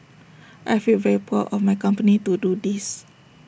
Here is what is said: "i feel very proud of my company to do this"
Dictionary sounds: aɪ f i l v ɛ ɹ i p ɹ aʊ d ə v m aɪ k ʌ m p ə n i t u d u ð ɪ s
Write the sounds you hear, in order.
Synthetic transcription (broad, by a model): aɪ f i l v ɛ ɹ i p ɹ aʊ ə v m aɪ k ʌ m p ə n i t u d u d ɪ s